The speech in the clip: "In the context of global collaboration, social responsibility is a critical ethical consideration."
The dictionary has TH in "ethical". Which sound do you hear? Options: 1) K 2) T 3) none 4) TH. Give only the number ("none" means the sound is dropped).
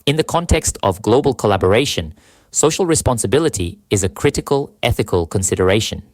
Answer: 4